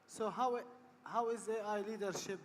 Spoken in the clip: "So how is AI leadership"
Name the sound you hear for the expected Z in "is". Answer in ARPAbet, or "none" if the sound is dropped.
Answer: Z